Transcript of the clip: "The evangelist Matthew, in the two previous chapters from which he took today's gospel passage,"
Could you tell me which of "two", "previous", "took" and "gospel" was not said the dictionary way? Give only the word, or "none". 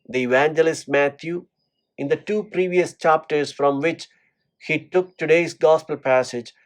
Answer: none